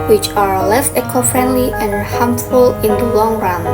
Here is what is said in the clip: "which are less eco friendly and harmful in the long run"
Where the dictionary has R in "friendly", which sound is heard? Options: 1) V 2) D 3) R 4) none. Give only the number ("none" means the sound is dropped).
3